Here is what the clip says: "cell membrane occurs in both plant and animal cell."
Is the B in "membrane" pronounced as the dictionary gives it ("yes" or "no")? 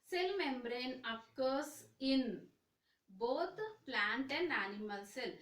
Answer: yes